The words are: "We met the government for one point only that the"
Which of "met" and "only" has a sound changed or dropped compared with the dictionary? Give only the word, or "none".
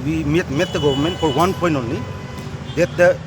only